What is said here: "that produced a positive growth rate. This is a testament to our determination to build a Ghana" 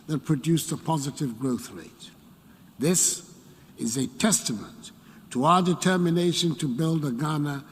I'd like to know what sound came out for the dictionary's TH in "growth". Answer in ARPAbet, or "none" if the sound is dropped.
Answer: TH